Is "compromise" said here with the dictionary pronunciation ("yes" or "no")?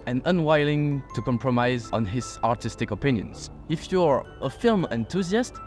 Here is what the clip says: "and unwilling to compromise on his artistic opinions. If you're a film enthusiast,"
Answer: yes